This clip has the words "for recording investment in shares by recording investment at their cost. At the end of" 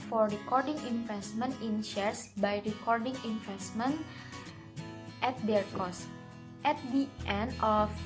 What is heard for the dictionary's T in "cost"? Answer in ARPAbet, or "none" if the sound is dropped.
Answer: T